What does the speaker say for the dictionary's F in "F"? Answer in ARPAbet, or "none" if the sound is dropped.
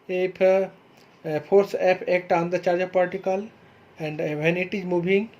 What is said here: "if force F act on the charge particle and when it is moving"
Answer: P